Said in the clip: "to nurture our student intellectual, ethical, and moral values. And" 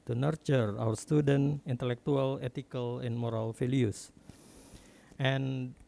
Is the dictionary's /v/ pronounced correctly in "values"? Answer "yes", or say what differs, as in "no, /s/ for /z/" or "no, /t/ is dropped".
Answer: no, /f/ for /v/